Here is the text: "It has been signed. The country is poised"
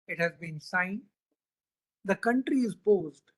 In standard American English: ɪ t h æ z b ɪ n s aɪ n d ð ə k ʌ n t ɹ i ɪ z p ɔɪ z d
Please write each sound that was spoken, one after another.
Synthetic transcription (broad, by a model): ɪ t h æ z b ɪ n s aɪ n d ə k ʌ n t ɹ i ɪ z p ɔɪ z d